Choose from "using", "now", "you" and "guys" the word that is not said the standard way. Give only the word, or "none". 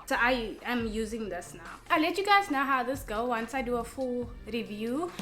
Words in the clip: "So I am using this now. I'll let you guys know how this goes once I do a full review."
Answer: none